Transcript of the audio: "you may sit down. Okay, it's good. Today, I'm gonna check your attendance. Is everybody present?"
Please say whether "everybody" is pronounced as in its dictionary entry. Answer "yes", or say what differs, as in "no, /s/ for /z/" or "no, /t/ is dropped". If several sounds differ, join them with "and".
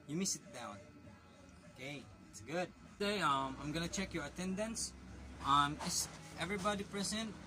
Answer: yes